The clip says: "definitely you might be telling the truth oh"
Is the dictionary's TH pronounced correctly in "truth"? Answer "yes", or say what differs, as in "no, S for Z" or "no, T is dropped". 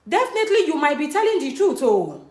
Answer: no, T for TH